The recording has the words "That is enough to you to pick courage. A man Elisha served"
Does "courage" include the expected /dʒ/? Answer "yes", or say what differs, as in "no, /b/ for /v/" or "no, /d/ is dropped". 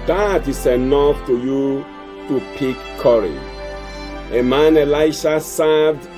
no, /dʒ/ is dropped